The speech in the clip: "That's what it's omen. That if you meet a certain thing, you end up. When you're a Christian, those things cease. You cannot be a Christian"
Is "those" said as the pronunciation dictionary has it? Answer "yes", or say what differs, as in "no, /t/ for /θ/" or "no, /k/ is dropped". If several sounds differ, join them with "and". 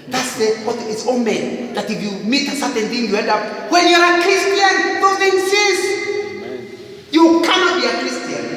no, /z/ is dropped